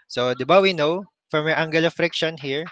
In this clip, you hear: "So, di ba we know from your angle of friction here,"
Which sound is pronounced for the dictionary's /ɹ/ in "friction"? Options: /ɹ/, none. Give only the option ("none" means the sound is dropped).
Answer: /ɹ/